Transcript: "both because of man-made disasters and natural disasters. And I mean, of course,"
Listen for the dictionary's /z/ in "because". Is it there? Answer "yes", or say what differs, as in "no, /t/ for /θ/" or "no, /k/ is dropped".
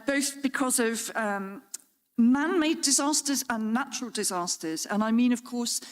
yes